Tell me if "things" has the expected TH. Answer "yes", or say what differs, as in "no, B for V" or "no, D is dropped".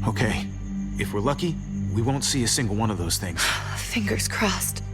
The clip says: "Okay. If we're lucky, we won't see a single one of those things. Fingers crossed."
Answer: yes